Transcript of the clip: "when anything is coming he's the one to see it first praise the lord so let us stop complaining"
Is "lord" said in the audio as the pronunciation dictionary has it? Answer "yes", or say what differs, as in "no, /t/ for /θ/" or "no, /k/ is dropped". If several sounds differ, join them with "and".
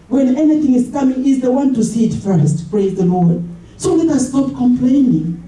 yes